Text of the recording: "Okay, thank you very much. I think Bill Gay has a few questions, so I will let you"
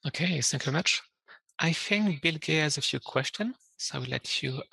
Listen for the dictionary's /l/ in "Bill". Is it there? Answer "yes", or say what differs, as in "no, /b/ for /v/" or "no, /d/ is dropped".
yes